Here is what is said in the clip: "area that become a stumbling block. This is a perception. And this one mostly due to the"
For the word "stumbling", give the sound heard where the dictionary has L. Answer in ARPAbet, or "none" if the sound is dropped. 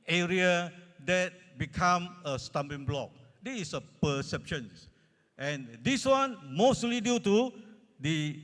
none